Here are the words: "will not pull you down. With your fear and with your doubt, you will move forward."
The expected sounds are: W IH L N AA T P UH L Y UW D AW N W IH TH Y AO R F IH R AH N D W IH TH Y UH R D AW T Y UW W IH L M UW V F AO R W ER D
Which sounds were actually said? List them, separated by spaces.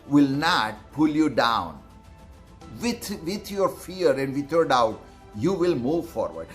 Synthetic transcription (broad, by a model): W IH L N AA T P UH L Y UW D AW N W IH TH Y AO R F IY R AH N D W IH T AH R D AW T Y UW W IH L M UW V F AO R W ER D